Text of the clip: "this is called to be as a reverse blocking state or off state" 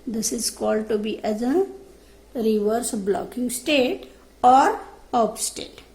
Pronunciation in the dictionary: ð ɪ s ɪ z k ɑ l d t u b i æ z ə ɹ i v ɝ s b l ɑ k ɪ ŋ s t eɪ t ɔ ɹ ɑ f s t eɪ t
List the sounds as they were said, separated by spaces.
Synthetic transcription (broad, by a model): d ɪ s ɪ z k ɑ l d t u b i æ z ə ɹ i v ɝ s b l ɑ k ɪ ŋ s t eɪ t ɔ ɹ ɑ p s t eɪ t